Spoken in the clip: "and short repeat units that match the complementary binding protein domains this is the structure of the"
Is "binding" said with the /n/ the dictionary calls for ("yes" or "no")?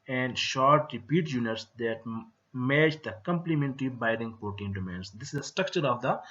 no